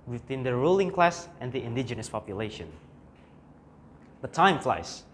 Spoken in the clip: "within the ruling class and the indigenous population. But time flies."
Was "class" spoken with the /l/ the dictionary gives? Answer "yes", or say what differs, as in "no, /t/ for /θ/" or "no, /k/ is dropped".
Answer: yes